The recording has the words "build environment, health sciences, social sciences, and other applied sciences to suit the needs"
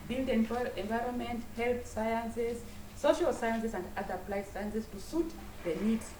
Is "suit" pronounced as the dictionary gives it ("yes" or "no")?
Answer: yes